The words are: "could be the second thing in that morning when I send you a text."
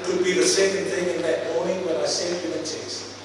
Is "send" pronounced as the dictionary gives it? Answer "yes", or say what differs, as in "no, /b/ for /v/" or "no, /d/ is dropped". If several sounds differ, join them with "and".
no, /n/ is dropped